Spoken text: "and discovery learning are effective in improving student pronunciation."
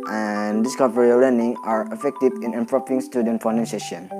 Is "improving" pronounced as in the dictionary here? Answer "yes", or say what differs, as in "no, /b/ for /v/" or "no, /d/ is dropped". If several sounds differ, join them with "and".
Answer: no, /p/ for /v/